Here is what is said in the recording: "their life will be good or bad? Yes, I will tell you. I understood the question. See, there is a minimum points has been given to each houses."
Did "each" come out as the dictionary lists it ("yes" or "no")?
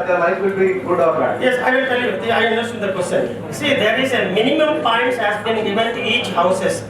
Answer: yes